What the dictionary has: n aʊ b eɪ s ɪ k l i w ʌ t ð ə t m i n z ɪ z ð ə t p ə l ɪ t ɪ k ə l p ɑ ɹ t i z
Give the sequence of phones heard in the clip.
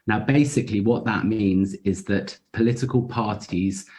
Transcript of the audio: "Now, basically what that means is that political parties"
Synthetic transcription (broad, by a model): n aʊ b eɪ s ɪ k l i w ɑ t ð ə t m i n z ɪ z ð ə t p ə l ɪ t ɪ k ə l p ɑ t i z